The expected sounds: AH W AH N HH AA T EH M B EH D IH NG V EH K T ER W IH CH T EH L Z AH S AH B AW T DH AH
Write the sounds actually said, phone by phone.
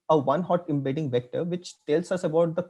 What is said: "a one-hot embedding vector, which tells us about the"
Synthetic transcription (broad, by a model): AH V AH N HH AA T EH M B EH D IH NG V EH K T ER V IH CH T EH L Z AH S AH B AW T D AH